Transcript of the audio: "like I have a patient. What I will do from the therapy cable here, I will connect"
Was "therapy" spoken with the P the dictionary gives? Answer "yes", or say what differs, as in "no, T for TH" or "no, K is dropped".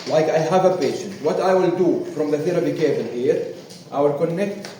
no, B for P